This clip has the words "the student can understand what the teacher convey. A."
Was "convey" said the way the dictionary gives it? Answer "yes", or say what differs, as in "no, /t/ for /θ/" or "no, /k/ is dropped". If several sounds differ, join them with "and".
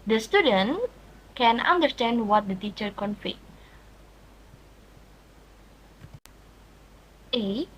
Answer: no, /f/ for /v/